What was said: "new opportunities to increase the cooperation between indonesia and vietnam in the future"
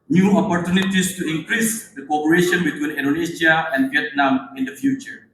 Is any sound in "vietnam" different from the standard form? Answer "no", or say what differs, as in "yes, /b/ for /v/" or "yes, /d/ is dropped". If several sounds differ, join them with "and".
no